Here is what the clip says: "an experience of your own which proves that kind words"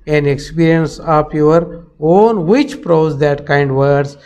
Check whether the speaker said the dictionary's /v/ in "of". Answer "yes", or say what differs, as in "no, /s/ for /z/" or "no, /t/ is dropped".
no, /p/ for /v/